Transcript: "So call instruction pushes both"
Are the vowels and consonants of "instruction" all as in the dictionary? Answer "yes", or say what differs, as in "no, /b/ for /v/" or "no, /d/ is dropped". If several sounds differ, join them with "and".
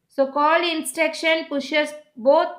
no, /ɹ/ is dropped